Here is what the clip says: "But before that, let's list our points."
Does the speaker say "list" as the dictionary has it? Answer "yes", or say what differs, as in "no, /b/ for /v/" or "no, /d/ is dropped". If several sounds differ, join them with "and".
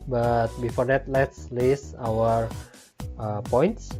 no, /t/ is dropped